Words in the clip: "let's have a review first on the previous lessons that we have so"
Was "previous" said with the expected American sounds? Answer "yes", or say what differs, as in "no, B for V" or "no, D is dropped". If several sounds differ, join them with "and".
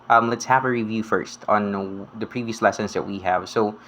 yes